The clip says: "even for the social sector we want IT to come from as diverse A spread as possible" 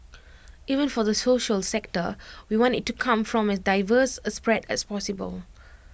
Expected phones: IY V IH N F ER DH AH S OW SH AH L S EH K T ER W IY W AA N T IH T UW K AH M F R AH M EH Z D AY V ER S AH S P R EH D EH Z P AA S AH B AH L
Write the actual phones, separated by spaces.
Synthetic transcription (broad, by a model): IY V IH N F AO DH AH S OW SH AH L S EH K T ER W IY W AA N T IH T UW K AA M F R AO M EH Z D AY V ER S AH S P R EH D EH S P AA S AH B AH L